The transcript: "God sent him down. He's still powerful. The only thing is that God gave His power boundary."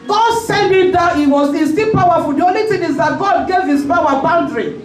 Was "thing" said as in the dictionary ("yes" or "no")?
no